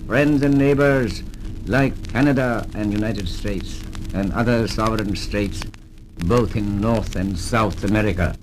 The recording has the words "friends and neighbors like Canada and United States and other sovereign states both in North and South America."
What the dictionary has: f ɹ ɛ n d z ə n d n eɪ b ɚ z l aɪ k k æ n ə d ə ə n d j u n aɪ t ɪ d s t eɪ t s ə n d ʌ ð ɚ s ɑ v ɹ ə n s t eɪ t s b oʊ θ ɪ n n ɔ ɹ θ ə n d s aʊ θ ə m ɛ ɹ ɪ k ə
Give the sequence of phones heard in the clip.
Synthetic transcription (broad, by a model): f ɹ ɛ n d z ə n n eɪ b ɚ z l aɪ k k æ n ə d ə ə n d j u n aɪ t ɪ d s t eɪ t s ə n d ʌ ð ɚ s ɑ v ɹ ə n s t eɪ t s b oʊ θ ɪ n n ɔ ɹ θ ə n s aʊ θ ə m ɛ ɹ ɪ k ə